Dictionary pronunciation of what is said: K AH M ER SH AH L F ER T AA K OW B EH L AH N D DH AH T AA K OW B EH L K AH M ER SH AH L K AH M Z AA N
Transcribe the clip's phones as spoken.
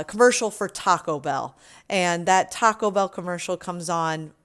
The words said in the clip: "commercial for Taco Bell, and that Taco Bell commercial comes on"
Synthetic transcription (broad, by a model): K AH M ER SH L F ER T AA K OW B EH L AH N DH AH T AA K OW B EH L K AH M ER SH L K AH M Z N